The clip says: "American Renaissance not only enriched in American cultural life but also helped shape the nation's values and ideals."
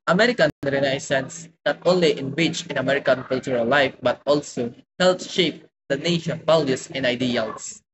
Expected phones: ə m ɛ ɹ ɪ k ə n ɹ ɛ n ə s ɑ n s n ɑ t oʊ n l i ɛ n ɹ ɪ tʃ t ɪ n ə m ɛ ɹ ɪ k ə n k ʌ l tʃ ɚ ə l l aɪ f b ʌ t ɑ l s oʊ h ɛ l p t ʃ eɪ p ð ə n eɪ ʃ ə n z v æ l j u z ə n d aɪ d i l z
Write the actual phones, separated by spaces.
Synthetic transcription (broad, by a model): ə m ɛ ɹ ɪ k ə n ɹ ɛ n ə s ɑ n s n ɑ t oʊ n l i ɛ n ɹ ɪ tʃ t ɪ n ə m ɛ ɹ ɪ k ə n k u l tʃ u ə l l aɪ f b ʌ t ɑ l s oʊ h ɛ l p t ʃ eɪ p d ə n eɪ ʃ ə n v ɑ l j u s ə n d aɪ d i l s